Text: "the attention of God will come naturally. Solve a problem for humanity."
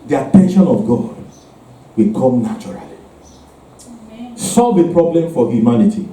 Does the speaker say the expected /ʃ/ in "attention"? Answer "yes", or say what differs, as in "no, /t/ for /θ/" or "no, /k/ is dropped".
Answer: yes